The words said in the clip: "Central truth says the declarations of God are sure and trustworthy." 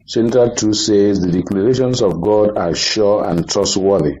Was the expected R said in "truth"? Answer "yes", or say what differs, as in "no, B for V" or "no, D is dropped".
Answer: no, R is dropped